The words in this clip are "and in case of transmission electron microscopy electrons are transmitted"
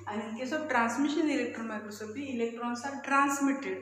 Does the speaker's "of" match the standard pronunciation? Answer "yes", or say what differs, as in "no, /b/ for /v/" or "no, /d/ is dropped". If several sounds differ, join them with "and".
no, /b/ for /v/